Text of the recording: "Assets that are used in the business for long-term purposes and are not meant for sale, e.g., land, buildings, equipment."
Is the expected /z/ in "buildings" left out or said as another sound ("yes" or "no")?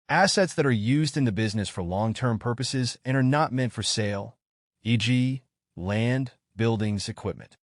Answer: no